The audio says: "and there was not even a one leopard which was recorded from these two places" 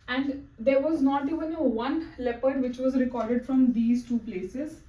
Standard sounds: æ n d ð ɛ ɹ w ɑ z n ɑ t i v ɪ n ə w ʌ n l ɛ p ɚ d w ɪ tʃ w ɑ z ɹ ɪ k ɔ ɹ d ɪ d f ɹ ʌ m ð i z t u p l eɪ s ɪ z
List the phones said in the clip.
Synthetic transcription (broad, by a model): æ n d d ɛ ɹ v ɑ z n ɑ t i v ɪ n ə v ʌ n l ɛ p ɚ d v ɪ tʃ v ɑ z ɹ ɪ k ɔ ɹ d ɪ d f ɹ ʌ m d i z t u p l eɪ s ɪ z